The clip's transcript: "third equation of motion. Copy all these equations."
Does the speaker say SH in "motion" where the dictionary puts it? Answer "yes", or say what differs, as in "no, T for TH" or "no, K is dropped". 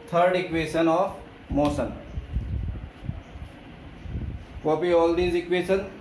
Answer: no, S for SH